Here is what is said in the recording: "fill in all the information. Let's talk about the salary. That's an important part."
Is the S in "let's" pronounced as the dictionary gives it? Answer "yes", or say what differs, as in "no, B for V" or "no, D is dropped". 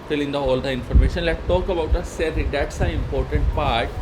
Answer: no, S is dropped